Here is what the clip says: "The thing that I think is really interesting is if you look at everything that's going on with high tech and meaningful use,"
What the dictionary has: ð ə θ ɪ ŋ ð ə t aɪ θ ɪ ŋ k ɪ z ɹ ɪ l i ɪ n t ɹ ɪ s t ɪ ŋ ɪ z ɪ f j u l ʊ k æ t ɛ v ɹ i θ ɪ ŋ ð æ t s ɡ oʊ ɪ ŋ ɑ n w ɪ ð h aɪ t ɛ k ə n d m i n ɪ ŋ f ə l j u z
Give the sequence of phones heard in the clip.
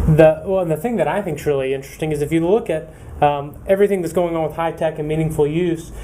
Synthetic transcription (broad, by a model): ð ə θ ɪ ŋ ð ə t aɪ θ ɪ ŋ k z ɹ ɪ l i ɪ n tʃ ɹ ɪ s t ɪ ŋ ɪ z ɪ f j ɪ l ʊ k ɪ t ɛ v ɹ i θ ɪ ŋ ð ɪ t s ɡ oʊ ɪ ŋ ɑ n w ɪ ð h aɪ t ɛ k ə n m i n ɪ ŋ f l j u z